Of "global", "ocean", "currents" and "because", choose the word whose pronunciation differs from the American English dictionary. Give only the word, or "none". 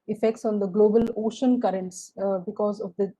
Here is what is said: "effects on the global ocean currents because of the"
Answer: none